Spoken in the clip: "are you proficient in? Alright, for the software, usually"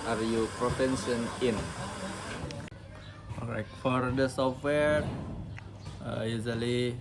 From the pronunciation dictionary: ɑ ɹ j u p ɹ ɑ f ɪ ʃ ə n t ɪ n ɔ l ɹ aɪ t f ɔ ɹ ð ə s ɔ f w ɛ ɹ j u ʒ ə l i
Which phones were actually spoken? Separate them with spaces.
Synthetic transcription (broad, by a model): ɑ ɹ j u p ɹ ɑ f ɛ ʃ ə n ɪ n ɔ ɹ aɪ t f ɔ ɹ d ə s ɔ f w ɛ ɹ j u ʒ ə l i